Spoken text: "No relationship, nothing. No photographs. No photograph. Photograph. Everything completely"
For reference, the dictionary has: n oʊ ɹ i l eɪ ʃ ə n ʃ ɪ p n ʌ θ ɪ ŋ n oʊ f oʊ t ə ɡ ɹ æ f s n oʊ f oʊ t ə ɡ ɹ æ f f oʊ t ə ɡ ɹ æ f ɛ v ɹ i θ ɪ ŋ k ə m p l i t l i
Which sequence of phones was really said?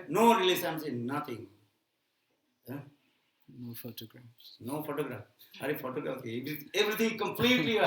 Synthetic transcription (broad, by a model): n oʊ ɹ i l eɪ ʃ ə n s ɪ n n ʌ t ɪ ŋ n oʊ f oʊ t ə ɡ ɹ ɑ f s n oʊ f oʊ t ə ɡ ɹ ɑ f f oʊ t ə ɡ ɹ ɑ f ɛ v ɹ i t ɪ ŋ k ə m p l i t l i